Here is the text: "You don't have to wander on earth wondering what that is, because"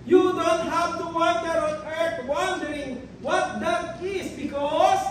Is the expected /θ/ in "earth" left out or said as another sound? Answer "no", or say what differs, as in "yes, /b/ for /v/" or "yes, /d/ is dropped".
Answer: yes, /t/ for /θ/